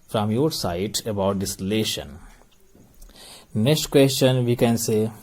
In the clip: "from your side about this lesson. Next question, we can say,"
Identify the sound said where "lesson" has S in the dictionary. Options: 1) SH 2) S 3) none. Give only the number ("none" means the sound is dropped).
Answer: 1